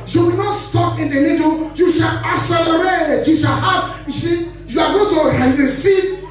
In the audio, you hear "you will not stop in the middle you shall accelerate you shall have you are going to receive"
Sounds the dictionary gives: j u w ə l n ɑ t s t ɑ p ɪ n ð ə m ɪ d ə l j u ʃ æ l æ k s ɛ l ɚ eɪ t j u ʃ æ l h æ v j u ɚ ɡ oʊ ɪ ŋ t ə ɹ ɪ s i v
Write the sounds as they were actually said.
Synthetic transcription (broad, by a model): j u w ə n ɑ t s t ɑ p ɪ n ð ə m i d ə j u ʃ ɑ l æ s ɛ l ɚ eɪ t j u ʃ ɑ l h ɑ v j u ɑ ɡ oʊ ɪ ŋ t ə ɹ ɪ s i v